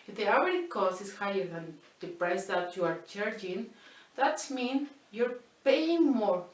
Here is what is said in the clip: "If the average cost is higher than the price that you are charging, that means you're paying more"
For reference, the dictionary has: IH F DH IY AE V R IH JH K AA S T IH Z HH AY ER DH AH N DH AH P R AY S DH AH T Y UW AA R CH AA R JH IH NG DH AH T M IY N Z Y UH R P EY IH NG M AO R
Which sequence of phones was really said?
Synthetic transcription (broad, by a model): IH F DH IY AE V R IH K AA S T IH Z HH AY ER DH AH N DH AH P R AY S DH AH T Y UW AA R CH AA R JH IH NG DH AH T M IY N Y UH R P EY IH NG M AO R